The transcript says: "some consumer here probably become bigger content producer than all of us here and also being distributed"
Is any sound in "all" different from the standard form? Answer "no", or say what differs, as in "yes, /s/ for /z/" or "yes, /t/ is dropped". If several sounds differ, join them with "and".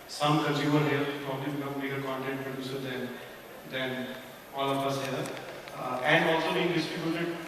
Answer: yes, /n/ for /l/